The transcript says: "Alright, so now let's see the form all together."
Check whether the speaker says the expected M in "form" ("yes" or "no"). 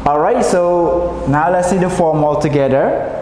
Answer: yes